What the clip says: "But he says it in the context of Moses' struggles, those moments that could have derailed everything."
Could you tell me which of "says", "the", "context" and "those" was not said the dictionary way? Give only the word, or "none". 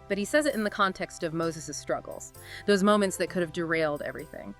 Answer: none